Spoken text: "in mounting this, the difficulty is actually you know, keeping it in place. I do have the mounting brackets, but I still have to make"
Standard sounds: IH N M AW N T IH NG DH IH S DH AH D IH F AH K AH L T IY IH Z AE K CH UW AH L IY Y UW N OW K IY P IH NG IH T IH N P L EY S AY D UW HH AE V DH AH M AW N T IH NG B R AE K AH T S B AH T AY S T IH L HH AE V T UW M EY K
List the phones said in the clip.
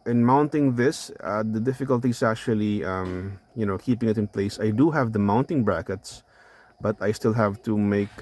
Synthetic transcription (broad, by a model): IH N M AW N T IH NG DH IH S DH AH D IH F AH K AH L T IY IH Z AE K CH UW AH L IY Y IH N OW K IY P IH NG IH T IH N P L EY S AY D UW HH AE V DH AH M AW N T IH NG B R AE K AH T S B AH T AY S T IH L HH AE V T UW M EY K